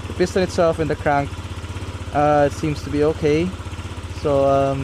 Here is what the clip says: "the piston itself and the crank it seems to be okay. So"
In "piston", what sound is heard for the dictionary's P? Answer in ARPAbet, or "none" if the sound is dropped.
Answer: B